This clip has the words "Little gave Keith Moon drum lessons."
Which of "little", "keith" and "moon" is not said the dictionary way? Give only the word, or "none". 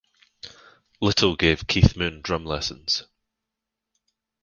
none